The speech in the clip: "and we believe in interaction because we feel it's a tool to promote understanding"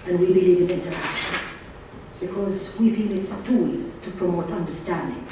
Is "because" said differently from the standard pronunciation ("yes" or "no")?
no